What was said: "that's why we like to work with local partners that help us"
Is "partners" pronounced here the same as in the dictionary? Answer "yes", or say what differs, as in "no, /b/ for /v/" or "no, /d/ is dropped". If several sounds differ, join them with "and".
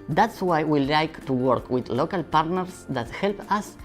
no, /s/ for /z/